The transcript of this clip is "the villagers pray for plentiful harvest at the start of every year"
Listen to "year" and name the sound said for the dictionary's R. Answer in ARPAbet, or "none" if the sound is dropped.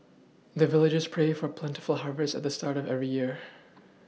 R